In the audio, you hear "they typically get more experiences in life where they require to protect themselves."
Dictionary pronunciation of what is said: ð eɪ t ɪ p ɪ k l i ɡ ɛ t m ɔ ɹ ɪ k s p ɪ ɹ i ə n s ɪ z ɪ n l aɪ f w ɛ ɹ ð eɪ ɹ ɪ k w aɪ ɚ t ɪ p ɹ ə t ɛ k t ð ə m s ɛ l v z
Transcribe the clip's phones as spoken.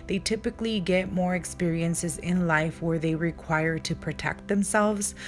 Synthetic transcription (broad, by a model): ð eɪ t ɪ p ɪ k l i ɡ ɛ t m ɔ ɹ ɪ k s p ɪ ɹ i ə n s ɪ z ɪ n l aɪ f w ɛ ɹ ð eɪ ɹ ɪ k w aɪ ɚ t ɪ p ɹ ə t ɛ k t ð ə m s ɛ l v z